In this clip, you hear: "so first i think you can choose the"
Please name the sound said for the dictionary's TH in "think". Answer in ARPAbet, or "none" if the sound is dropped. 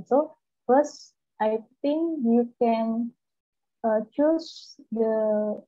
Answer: T